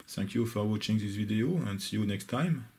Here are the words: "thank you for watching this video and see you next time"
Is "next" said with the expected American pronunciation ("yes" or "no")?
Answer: yes